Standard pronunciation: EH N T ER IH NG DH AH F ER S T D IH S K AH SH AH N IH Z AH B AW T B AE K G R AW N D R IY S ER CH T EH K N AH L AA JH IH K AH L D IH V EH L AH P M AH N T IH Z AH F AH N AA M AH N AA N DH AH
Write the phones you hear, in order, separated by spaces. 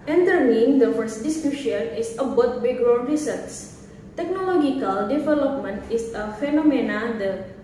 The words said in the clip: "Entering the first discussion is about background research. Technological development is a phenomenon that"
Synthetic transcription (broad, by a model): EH N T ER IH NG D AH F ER S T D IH S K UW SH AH N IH S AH B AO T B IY G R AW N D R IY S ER S T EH K N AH L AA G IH K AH L D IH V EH L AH P M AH N T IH S AH F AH N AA M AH N AA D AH